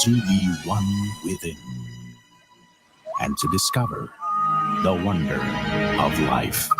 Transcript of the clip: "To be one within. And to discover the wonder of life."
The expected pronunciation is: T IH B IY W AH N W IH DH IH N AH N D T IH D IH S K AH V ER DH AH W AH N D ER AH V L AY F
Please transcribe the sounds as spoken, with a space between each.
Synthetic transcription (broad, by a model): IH B IY W AH N W IH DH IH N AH N T IH D IH S K AH V ER DH AH W AH N D ER AH V L AY F